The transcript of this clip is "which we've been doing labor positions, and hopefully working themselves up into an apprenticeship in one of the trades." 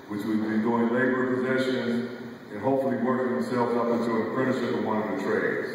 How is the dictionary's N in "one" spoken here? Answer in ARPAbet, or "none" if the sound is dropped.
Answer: none